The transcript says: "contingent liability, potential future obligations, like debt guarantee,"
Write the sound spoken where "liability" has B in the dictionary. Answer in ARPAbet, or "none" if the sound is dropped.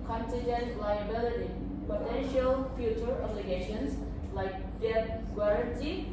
B